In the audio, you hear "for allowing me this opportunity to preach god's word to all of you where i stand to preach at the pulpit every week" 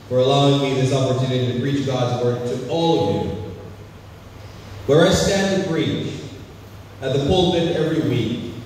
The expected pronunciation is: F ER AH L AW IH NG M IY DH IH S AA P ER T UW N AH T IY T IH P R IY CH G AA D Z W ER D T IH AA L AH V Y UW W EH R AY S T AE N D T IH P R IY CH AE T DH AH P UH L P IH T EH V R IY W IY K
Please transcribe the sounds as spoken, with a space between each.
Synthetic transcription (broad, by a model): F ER AH L AW IH NG M IY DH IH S AA P ER T UW N AH T IY T IH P R IY CH G AA D Z W ER D T IH AA L AH V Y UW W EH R AY S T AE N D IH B R IY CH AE T DH AH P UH L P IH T EH V R IY W IY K